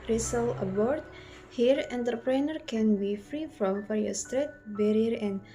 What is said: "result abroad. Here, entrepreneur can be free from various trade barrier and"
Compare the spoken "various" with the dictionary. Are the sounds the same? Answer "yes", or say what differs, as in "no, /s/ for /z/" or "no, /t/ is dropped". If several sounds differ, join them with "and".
no, /f/ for /v/